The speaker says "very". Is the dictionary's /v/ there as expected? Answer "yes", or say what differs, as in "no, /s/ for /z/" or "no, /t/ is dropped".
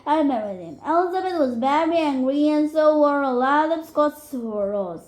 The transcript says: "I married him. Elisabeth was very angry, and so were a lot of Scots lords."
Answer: no, /b/ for /v/